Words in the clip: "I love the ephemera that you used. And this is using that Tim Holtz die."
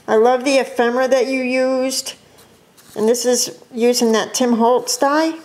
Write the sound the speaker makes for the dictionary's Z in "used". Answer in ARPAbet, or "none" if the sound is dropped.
Z